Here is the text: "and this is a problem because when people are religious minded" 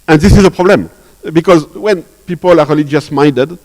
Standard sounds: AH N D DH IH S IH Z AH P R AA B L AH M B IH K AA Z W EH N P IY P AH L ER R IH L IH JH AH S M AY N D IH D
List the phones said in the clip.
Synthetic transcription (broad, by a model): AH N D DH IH S IH Z AH P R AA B L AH M B IH K AA Z W EH N P IY P AH L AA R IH L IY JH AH S M AY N D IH D